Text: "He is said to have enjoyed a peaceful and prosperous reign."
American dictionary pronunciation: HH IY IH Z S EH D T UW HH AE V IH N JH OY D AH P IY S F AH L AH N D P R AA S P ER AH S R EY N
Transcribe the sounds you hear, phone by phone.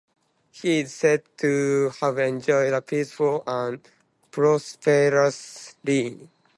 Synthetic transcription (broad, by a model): HH IY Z S EH D T UW HH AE V IH N JH OY D AH P IY S F AH L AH N P R AA S P ER AH S L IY